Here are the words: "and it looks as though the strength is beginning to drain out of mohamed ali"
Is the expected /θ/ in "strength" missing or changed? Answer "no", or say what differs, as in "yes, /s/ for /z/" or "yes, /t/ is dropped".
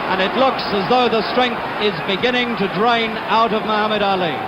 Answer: no